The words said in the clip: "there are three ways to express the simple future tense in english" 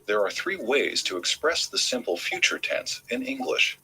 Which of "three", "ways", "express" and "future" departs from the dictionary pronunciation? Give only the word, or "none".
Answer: none